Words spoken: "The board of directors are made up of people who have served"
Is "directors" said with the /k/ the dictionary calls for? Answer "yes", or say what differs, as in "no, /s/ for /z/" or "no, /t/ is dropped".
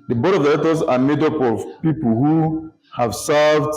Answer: no, /k/ is dropped